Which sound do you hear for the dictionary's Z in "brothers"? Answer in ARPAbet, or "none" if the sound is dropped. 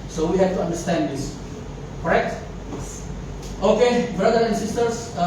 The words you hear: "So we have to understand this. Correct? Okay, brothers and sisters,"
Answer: none